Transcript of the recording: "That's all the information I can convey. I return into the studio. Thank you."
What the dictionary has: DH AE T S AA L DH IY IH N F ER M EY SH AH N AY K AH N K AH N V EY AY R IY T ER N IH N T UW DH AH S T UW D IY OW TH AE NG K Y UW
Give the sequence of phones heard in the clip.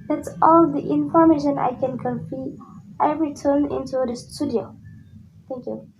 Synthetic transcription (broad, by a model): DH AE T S AA L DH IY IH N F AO M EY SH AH N AY K AH N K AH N F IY AY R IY T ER N IH N T UW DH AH S T UW D IY OW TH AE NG K Y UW